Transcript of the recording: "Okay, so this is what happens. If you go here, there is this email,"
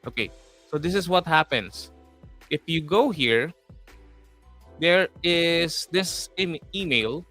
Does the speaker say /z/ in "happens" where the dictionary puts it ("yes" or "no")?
no